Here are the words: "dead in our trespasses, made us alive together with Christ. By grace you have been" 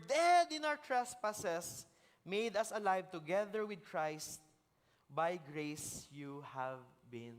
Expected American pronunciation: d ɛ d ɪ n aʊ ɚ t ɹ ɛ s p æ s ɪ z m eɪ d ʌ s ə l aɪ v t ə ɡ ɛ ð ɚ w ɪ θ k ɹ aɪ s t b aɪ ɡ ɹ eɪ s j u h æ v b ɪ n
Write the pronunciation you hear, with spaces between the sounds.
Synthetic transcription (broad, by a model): d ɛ d ɪ n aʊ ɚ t ɹ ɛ s p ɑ s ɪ s m eɪ d ʌ s ə l aɪ v t ə ɡ ɛ ð ɚ w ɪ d k ɹ aɪ s t b aɪ ɡ ɹ eɪ s j u h æ v b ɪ n